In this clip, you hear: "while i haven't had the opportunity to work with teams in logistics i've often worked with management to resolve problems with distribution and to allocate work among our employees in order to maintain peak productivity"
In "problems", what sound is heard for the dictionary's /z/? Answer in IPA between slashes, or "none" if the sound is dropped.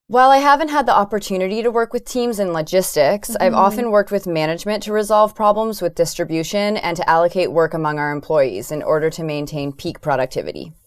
/z/